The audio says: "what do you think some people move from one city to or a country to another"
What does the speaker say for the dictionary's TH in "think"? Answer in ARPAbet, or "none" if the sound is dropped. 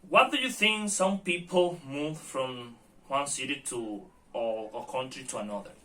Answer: TH